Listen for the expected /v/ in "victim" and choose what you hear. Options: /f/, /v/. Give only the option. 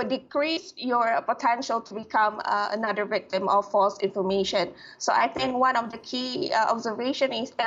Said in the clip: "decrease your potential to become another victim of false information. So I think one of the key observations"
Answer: /v/